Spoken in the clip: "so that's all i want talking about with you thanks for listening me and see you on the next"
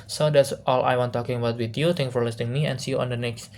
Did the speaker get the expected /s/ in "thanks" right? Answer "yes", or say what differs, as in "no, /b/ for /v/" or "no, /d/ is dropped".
no, /s/ is dropped